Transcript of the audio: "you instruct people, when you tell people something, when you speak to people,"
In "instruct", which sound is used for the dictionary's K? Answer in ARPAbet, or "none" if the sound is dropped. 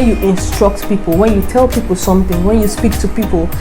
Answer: K